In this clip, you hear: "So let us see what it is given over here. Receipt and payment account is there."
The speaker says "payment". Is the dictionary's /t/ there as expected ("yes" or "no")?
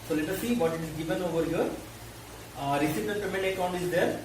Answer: no